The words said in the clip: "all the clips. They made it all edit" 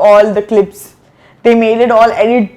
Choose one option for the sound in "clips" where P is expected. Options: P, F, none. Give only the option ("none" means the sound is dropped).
P